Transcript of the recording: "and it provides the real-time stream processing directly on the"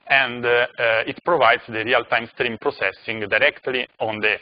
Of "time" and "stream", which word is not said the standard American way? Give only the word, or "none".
none